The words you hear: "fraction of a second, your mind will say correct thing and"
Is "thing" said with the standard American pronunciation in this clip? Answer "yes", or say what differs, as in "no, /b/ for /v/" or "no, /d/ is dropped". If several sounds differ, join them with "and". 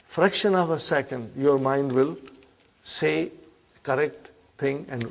no, /t/ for /θ/